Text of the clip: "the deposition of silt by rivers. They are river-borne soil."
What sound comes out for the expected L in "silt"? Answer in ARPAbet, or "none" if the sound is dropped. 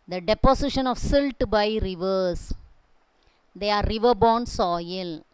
L